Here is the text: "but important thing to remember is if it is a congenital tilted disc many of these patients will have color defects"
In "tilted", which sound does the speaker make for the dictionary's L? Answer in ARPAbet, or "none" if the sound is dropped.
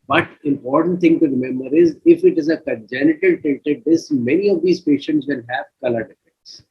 none